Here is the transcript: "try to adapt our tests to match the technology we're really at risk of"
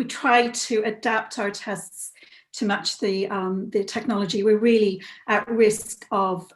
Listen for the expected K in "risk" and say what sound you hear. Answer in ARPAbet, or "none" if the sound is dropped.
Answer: K